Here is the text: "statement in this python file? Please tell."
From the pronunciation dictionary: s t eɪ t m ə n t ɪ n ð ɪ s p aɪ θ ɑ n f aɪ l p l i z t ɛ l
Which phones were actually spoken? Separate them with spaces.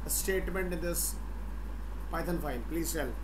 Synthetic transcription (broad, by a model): s t eɪ t m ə n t ɪ n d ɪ s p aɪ t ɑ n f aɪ n p l i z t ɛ l